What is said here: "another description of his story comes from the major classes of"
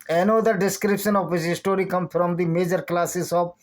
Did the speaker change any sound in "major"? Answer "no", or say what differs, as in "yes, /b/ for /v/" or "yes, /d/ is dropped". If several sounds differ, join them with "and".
no